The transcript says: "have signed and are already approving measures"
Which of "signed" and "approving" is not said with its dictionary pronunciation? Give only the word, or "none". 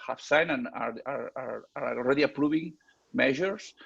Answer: signed